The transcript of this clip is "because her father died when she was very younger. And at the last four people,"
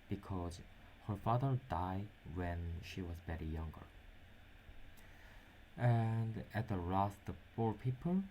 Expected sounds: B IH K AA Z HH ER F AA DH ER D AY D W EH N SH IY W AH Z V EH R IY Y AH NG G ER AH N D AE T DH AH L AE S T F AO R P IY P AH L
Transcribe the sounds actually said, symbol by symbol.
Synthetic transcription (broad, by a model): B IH K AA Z HH ER F AA DH ER D AY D W EH N SH IY W AH Z B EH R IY Y AH NG G ER AH N D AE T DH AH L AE S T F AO R P IY P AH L